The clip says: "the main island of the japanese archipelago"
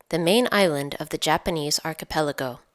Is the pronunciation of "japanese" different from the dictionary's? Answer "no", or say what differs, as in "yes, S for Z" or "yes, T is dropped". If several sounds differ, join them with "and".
no